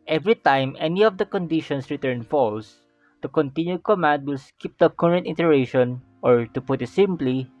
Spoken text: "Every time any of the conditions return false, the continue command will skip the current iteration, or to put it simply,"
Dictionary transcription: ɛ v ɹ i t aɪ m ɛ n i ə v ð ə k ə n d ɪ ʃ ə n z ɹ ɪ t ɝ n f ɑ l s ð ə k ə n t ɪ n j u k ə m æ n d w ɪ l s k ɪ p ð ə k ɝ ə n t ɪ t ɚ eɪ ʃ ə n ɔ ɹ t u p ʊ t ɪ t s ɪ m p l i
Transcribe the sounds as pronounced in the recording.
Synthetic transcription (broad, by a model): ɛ v ɹ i t aɪ m ɛ n i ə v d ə k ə n d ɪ ʃ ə n s ɹ ɪ t ɝ n f ɑ l s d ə k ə n t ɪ n j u k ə m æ n d w ɪ l s k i p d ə k ɝ ə n t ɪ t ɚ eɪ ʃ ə n ɔ ɹ t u p ʊ t ɪ t s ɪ m p l i